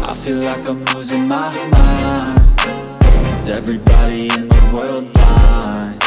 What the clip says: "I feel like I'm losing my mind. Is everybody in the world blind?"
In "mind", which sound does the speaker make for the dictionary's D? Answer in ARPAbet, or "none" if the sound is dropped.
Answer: none